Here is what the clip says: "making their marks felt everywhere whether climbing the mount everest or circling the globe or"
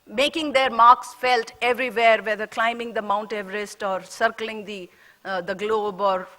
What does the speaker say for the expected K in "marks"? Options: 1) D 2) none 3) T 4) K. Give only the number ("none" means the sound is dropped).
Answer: 4